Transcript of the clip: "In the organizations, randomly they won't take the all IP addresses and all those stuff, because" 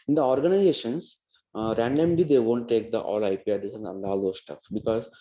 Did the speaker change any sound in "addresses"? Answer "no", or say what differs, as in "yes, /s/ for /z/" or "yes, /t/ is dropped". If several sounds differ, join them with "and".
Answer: yes, /ɹ/ is dropped